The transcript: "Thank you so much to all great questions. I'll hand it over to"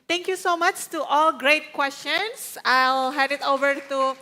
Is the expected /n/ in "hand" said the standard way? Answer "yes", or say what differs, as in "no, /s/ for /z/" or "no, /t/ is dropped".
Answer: no, /n/ is dropped